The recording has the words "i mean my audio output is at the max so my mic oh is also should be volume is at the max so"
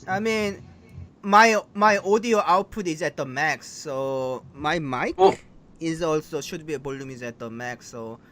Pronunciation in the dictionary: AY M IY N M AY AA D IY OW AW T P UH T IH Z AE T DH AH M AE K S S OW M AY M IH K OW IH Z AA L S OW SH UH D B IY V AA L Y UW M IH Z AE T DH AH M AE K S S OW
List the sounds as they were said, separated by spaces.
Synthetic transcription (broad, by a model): AY M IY N M AY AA D IY OW AW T P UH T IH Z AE T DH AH M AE K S S OW M AY M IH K IH Z AA L S OW SH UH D B IY B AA L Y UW M IH Z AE T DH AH M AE K S S OW